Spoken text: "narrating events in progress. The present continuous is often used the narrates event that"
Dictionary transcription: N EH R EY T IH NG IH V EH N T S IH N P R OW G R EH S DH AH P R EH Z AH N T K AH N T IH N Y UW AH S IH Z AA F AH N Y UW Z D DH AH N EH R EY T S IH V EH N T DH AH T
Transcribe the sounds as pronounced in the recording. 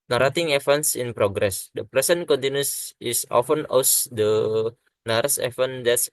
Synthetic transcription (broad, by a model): N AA R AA T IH NG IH F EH N S IH N P R OW G R EH S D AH P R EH S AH N K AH N T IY N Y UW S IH S AA F AH N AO S D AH N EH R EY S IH F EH N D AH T